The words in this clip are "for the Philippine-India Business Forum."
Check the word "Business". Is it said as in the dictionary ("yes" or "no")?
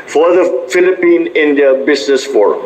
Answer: no